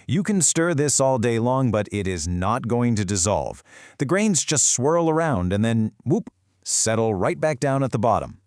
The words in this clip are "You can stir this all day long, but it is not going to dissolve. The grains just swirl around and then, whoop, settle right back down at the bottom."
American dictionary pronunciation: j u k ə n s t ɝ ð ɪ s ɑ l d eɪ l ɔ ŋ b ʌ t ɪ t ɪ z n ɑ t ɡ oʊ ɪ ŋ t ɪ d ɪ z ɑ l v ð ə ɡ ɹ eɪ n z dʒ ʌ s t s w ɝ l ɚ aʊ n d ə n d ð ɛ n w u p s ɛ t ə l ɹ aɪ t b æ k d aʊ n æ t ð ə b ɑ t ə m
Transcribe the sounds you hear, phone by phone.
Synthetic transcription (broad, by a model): j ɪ k ə n s t ɝ ð ɪ s ɑ l d eɪ l ɔ ŋ b ʌ t ɪ t ɪ z n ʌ t ɡ oʊ ɪ ŋ t ɪ d ɪ z ɑ l v ð ə ɡ ɹ eɪ n z dʒ ʌ s t s w ɝ l ɚ aʊ n d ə n ð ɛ n w u p s ɛ t l ɹ aɪ t b æ k d aʊ n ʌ t ð ə b ɑ t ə m